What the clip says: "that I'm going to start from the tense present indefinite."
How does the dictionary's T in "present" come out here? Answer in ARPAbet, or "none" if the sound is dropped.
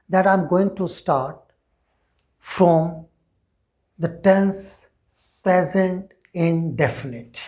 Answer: T